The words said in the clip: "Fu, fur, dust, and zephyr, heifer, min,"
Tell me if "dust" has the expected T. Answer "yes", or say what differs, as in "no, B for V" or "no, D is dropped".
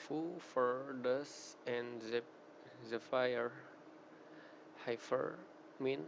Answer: no, T is dropped